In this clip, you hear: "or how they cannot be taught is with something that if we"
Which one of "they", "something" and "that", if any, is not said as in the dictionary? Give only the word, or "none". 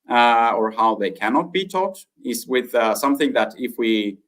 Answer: none